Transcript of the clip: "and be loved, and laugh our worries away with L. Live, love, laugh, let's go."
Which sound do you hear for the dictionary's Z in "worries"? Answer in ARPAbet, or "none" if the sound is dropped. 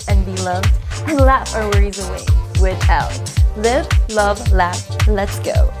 Z